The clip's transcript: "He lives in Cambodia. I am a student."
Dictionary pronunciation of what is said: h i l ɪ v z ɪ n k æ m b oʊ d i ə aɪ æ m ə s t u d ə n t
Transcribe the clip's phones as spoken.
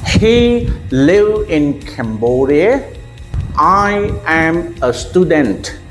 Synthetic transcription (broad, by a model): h i l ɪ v ɪ n k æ m b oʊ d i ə aɪ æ m ə s t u d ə n t